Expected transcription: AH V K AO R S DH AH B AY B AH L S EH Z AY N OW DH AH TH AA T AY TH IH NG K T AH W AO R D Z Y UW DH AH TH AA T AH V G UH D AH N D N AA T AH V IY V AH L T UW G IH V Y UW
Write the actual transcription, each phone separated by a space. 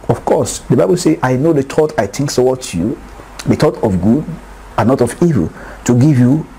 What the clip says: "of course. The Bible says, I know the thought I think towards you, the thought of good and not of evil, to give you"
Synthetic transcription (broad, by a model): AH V K AO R S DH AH B AY B AH L S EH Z AY N OW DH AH T AA T AY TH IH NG K S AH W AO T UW Y UW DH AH T AA T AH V G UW D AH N N AA T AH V IY V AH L T UW G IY V Y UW